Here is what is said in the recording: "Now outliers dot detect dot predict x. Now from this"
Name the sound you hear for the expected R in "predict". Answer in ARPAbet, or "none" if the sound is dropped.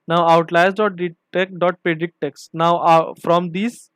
none